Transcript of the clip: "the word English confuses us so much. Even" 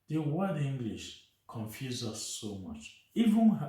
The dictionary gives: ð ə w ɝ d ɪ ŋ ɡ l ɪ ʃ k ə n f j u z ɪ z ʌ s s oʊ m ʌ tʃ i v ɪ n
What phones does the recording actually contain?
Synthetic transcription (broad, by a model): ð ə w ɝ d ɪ ŋ ɡ l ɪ ʃ k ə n f j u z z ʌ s s oʊ m ʌ tʃ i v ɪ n